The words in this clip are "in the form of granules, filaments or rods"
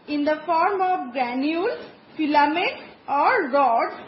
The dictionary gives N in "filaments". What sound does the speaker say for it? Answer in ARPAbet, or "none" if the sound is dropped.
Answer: none